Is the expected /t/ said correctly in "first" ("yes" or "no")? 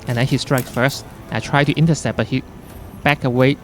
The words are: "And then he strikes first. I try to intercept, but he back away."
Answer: yes